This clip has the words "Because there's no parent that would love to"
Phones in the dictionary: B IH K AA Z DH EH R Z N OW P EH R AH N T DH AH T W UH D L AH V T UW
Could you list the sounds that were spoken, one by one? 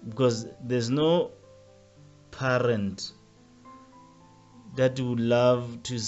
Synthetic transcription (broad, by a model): B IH K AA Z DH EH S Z N OW P EH R AH N T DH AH T W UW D L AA V T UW